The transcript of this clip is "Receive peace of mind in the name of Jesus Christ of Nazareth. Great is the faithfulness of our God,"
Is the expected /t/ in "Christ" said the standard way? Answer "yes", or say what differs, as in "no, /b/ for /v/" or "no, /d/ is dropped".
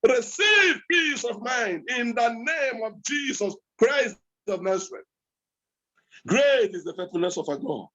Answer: no, /t/ is dropped